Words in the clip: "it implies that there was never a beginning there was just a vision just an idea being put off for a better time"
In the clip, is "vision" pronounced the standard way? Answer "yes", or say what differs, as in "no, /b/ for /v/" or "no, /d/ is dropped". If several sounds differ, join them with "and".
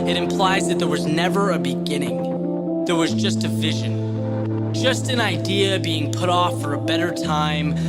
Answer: yes